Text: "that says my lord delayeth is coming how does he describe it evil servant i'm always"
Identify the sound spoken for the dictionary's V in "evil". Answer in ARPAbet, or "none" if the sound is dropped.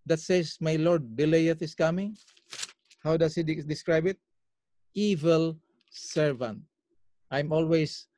V